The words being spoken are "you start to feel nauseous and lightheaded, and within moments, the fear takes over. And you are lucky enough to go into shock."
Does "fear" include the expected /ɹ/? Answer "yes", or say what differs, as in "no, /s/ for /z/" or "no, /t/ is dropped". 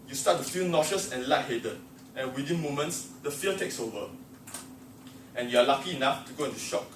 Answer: no, /l/ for /ɹ/